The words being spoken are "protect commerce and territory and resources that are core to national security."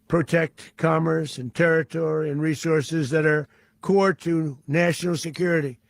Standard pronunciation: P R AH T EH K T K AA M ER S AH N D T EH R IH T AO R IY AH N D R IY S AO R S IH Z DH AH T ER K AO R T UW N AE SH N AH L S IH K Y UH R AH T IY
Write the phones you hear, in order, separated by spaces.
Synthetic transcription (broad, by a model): P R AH T EH K T K AA M ER S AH N T EH R IH T AO R IY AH N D R IY S AO R S IH Z DH AH T ER K AO R T UW N AE SH N L S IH K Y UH R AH T IY